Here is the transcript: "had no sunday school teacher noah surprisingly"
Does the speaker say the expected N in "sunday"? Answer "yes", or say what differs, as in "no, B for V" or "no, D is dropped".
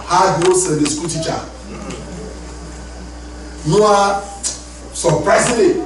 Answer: no, N is dropped